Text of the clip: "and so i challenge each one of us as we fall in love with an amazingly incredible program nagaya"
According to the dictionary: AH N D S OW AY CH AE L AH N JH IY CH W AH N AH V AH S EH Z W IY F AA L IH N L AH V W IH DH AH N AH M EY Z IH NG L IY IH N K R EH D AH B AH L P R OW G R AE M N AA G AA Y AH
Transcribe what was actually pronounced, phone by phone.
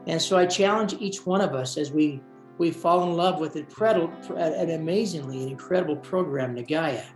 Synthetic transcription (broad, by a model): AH N S OW AY CH AE L AH N JH IY CH W AH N AH V AH S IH Z W IY F AA L IH N L AH V W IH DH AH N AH M EY Z IH NG L IY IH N K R EH D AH B L P R OW G R AE M N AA G AA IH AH